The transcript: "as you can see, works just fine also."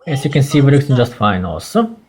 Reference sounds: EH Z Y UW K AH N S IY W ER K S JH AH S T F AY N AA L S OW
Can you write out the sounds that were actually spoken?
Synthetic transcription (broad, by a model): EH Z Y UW K AH N S IY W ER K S JH AH S T F AY N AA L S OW